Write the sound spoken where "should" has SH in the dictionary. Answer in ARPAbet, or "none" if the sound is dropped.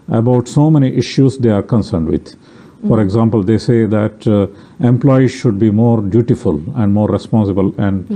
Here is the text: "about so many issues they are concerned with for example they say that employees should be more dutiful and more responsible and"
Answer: SH